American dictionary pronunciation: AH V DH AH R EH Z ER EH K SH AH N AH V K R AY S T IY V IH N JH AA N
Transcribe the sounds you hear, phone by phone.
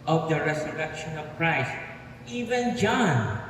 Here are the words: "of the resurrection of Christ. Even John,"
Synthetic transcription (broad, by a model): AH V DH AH R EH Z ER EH K SH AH N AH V K R AY S T IY V IH N JH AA N